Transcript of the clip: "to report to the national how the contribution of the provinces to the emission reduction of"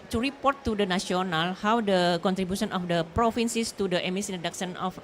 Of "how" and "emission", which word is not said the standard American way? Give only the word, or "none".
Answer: emission